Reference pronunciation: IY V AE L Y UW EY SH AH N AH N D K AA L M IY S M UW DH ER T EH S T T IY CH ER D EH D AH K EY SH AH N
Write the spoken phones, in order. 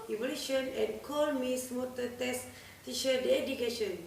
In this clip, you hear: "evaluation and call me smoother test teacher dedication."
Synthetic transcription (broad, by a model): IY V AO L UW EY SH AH N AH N K AA L M IY S M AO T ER T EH S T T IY SH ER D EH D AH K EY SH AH N